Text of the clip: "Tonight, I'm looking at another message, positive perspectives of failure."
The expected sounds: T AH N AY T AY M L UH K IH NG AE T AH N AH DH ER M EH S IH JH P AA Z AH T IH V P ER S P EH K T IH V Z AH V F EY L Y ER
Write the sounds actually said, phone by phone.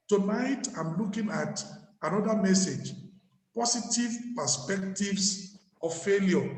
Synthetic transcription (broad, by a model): T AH N AY T AY M L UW K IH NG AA T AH N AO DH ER M EH S IH JH P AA S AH T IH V P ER S P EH K T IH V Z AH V F EY L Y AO